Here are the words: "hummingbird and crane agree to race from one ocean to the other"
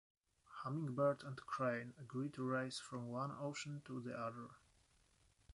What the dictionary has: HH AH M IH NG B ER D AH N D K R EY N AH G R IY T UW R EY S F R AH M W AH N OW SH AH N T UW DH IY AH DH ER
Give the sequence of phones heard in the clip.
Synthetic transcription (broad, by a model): HH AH M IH NG B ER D AH N D K R EY N AH G R IY T UW R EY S F R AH M W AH N OW SH AH N T UW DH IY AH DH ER